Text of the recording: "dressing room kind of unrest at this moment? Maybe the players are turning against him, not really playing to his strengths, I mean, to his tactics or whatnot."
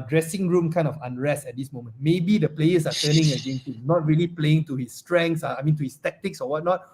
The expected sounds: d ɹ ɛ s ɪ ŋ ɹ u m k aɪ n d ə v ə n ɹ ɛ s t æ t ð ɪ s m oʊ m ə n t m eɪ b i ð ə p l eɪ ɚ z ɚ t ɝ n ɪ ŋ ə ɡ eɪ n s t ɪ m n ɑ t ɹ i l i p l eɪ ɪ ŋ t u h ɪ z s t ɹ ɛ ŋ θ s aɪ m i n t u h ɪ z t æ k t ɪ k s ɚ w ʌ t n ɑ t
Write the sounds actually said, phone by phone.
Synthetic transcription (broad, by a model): d ɹ ɛ s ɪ ŋ ɹ u m k aɪ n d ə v ə n ɹ ɛ s t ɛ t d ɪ s m oʊ m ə n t m eɪ b i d ə p l eɪ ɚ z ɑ t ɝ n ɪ ŋ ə ɡ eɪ n t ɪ n ɑ t ɹ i l i p l eɪ ɪ ŋ t u h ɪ s t ɹ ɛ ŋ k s aɪ m i n t u h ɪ s t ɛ k t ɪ k s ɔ w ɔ t n ɑ t